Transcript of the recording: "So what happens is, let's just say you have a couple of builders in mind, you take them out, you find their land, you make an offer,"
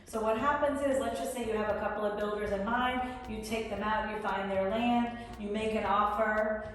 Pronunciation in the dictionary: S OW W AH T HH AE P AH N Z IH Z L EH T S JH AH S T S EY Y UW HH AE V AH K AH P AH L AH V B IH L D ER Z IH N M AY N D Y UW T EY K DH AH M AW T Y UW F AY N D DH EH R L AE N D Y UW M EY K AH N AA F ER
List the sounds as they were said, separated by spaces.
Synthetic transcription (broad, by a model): S OW W AH T HH AE P AH N Z IH Z L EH T S JH AH S T S EY Y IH V AH K AH P L AH V B IH L D ER Z IH N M AY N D Y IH T EY K DH AH M AW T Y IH F AY N DH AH R L AE N D Y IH M EY K AH N AA F ER